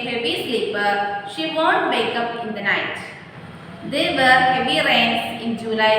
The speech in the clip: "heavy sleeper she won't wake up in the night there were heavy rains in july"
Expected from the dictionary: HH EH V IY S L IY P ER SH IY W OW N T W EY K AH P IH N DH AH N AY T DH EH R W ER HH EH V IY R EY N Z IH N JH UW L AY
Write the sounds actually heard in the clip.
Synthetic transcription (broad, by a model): HH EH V IY S L IY P ER SH IY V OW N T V EY K AH P IH N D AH N AY T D EH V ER HH EH V IY R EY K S IH N JH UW L AY